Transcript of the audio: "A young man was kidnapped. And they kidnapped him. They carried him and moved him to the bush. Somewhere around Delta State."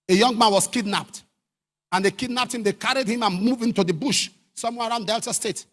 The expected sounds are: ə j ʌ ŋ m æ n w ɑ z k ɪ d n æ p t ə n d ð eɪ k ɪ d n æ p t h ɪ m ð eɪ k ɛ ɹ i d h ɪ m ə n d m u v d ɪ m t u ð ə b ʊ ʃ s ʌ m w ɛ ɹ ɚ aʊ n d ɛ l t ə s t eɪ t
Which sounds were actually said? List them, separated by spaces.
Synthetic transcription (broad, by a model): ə j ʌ ŋ m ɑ n w ɑ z k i d n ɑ p t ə n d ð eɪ k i d n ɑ p t h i m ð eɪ k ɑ ɹ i d h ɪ m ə n m u v ɪ m t u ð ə b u ʃ s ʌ m w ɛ ɹ aʊ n d ɛ l t ə s t eɪ t